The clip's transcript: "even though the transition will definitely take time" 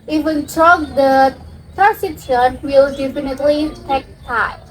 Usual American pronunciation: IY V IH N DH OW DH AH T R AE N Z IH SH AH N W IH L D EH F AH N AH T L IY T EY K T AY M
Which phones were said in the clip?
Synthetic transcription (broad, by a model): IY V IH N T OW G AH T AE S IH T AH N W IH L D EH F AH N AH T L IY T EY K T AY